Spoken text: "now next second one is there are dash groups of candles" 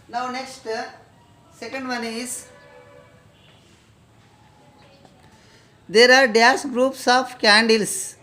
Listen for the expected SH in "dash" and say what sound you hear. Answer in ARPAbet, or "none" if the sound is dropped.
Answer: S